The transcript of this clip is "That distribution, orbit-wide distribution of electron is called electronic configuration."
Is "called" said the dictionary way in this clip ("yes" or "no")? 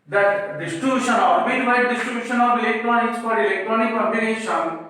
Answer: no